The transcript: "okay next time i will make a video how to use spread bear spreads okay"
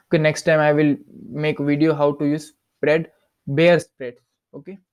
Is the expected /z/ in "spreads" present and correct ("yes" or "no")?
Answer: no